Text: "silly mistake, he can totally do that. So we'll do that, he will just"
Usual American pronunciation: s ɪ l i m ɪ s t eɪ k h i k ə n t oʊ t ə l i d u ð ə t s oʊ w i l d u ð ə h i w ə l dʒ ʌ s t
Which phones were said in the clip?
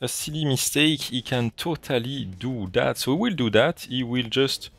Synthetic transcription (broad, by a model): s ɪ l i m ɪ s t eɪ k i k ə n t oʊ t ə l i d u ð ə t s oʊ w i l d u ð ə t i w ə l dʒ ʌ s t